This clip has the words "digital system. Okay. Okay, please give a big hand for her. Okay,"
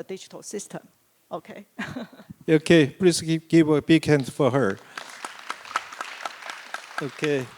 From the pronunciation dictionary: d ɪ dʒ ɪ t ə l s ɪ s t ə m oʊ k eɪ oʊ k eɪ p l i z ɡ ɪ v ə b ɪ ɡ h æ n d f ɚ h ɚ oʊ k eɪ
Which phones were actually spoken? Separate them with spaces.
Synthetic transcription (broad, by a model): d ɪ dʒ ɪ t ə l s ɪ s t ə m oʊ k eɪ oʊ k eɪ p l i s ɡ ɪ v ə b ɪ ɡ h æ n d f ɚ h ɚ oʊ k eɪ